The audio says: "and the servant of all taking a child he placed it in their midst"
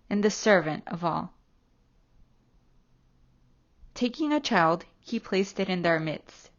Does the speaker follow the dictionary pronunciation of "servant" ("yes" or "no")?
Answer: yes